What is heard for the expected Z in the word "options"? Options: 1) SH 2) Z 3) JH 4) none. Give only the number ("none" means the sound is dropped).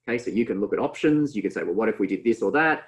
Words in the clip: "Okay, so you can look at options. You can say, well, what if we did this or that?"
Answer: 2